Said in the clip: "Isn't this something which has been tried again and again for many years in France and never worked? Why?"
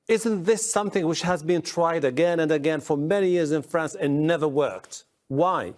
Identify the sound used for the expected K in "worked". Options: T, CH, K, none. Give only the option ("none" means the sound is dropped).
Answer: K